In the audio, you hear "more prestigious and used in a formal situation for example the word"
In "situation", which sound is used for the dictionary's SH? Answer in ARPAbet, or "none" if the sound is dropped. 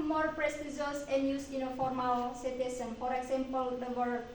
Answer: S